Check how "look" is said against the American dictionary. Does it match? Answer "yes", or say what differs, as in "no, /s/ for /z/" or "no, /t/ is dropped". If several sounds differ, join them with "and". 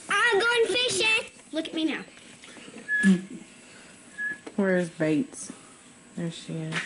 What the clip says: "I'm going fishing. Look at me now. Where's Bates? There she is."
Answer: yes